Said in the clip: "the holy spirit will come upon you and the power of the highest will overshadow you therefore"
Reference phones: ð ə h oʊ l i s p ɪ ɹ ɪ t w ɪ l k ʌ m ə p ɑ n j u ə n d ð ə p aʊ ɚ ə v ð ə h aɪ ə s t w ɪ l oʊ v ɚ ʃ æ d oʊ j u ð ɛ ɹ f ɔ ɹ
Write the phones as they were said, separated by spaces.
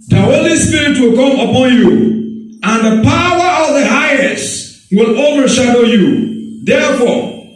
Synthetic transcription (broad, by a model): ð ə h oʊ l i s p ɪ ɹ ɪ t w ɪ l k ʌ m ə p ɑ n j u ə n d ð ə p aʊ ɚ ə v ð ə h aɪ ə s t w ɪ l oʊ v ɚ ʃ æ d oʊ j u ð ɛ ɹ f ɔ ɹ